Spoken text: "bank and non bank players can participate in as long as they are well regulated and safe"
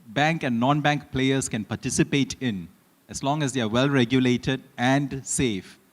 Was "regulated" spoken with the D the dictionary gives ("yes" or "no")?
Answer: yes